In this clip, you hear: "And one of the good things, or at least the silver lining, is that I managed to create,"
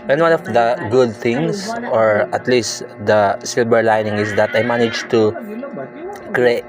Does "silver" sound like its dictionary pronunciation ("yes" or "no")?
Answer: no